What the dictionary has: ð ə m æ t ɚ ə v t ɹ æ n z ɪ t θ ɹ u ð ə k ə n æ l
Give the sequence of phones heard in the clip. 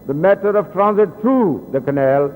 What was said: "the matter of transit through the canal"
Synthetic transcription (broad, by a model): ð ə m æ t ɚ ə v t ɹ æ n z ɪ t t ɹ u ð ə k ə n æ l